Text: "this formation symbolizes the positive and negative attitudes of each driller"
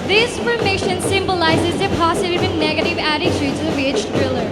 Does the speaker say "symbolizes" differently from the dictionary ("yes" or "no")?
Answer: no